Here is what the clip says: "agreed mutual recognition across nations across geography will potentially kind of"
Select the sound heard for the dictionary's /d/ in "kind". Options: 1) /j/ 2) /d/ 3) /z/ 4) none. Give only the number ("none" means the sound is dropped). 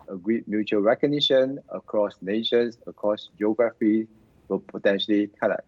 4